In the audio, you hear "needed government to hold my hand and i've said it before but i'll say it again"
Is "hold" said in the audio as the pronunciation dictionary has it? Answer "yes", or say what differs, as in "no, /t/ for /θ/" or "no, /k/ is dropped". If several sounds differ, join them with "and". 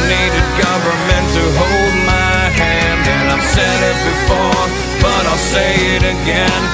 yes